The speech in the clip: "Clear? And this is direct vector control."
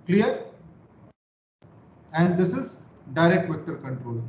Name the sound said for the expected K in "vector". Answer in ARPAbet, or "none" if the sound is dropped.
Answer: K